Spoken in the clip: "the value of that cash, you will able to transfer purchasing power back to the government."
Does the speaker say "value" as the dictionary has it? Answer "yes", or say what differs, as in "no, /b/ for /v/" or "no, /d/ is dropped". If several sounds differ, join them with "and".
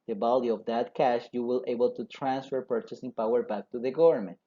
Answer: no, /b/ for /v/